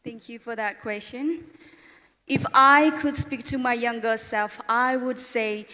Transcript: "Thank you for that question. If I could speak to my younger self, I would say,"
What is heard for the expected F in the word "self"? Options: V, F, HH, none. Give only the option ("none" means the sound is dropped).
F